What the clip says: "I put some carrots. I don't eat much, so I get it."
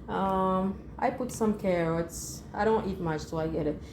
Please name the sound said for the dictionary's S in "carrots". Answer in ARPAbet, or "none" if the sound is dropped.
S